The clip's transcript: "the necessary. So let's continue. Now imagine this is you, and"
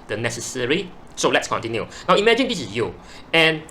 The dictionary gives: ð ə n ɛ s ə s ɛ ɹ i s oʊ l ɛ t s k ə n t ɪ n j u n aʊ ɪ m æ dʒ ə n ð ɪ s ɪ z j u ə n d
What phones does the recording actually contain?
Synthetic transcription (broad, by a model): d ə n ɛ s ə s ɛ ɹ i s oʊ l ɛ t s k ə n t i n j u n aʊ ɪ m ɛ dʒ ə n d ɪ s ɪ s j u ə n